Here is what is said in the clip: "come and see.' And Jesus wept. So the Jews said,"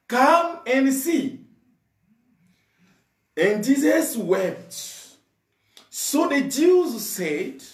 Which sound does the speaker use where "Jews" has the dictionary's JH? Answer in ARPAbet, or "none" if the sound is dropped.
JH